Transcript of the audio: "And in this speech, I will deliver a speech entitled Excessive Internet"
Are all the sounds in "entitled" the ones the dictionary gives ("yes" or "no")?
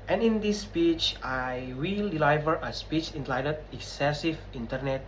no